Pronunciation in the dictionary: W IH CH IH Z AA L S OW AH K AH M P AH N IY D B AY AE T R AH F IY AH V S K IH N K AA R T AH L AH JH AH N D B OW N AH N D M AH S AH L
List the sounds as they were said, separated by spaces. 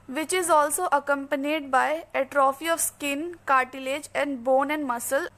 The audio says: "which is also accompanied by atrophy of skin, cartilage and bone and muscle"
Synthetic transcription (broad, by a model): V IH CH IH Z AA L S OW AH K AH M P AH N IY D B AY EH T R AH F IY AH V S K IH N K AA R T AH L AH JH AH N D B OW N AH N D M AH S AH L